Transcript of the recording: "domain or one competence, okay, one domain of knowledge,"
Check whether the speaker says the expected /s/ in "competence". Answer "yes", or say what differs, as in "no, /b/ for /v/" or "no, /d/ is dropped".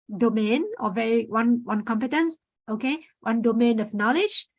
yes